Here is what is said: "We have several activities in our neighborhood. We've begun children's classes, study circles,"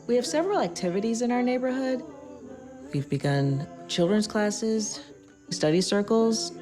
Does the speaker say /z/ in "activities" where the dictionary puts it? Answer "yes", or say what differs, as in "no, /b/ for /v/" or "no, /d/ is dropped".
yes